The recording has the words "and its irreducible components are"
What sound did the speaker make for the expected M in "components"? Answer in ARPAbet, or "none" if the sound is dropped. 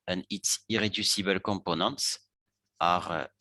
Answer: none